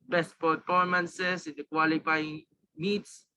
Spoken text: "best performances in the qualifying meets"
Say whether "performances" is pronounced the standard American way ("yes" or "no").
no